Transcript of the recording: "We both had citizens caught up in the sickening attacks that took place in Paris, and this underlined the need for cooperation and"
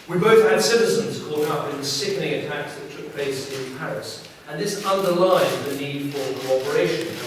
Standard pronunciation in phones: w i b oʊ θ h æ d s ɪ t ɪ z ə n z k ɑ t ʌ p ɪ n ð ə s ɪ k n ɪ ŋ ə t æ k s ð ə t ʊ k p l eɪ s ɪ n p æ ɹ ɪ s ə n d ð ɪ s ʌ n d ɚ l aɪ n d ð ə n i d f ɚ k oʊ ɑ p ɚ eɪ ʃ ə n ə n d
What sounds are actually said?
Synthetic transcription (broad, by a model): w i b oʊ θ h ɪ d s ɪ t ɪ z ə n z k ɑ t ʌ p ɪ n ð ə s ɪ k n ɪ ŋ ə t æ k s ð ə t ʊ k p l eɪ s ɪ n p æ ɹ ɪ s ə n ð ɪ s ʌ n d ɚ l aɪ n ð ə n i d f ɚ k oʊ ɑ p ɚ eɪ ə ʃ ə n